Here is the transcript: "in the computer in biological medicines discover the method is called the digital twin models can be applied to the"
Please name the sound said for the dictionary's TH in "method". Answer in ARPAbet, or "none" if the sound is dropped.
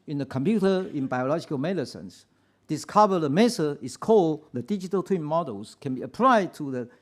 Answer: S